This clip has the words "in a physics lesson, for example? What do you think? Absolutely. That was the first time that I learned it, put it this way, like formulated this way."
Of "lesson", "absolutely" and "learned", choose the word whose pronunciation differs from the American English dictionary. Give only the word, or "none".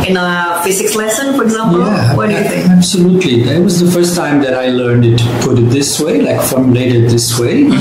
none